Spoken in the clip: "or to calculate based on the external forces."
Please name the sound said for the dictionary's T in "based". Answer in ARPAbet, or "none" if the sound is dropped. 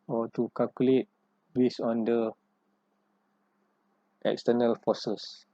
none